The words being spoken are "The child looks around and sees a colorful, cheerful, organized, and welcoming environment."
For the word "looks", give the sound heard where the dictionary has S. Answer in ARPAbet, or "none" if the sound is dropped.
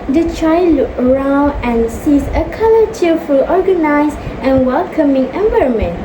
none